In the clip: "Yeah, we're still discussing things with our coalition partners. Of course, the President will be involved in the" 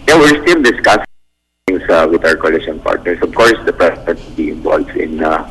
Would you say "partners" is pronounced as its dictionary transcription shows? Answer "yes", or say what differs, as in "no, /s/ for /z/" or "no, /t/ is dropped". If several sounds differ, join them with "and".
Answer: no, /s/ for /z/